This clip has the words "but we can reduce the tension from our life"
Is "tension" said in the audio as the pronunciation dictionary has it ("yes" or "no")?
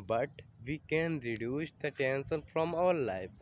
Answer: no